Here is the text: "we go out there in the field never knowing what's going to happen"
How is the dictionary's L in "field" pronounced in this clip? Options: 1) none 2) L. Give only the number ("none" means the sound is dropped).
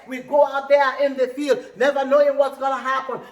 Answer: 2